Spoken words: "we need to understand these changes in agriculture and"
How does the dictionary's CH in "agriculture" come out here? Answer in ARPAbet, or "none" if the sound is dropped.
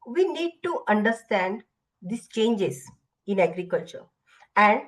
CH